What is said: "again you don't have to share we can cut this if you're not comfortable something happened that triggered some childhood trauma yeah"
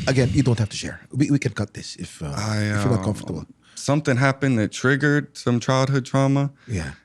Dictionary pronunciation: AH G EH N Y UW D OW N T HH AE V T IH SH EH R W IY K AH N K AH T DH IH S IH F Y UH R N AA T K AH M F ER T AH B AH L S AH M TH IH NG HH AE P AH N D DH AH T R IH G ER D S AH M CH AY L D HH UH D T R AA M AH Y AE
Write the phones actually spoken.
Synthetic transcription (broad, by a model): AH G EH N Y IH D OW N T HH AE F T IH SH EH R W IY K AH N K AH T DH IH S IH F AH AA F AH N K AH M F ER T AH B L S AH M TH IH NG HH AE P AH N DH AH T R IH G ER D S AH M CH AY L D HH UH D T R AA M AH Y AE